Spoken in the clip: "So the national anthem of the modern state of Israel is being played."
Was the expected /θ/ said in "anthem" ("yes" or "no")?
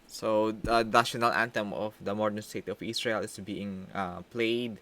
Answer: no